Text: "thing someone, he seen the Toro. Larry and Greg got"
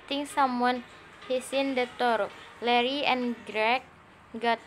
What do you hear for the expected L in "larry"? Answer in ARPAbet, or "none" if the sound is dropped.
L